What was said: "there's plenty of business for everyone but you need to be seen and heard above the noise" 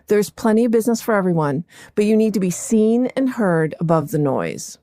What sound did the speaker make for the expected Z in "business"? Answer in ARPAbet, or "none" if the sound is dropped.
Z